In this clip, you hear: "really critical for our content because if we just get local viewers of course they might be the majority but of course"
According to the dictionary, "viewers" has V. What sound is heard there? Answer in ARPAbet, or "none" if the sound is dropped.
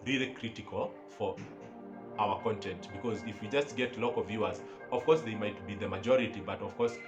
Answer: V